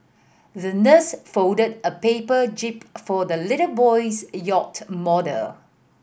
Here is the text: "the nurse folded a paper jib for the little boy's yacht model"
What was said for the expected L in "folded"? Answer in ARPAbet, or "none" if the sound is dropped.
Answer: none